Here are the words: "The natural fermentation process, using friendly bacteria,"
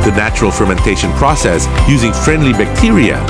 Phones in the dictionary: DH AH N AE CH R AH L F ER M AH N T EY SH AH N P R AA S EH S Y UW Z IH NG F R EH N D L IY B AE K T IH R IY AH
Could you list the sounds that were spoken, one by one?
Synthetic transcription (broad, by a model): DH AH N AE CH R AH L F ER M AH N T EY SH AH N P R AA S EH S Y UW Z IH NG F R EH N D L IY B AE K T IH R IY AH